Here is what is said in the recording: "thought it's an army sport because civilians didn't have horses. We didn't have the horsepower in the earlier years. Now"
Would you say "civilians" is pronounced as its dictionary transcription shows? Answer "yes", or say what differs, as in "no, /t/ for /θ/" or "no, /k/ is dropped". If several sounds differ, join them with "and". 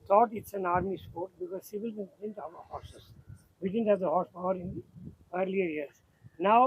no, /z/ is dropped